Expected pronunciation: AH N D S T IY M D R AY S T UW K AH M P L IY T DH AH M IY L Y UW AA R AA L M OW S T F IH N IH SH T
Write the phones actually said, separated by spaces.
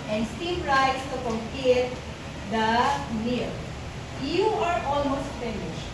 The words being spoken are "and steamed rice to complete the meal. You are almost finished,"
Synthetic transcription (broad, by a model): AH N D S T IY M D R AY S T UW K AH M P IY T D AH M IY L Y UW AA R AA L M OW S T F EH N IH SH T